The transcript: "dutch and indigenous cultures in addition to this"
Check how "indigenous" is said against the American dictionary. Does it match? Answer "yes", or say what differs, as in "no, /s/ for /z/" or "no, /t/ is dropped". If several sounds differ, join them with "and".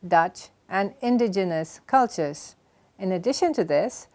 yes